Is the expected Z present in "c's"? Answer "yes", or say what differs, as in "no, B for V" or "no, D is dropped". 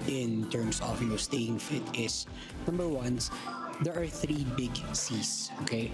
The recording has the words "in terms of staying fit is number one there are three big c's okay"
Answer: no, S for Z